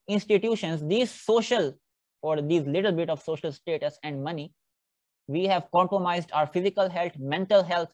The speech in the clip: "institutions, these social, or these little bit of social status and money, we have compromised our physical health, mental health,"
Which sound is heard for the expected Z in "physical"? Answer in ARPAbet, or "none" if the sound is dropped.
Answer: Z